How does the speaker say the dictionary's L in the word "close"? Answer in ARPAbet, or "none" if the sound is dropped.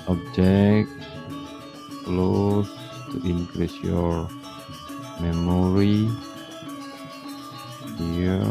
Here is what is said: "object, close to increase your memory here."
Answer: L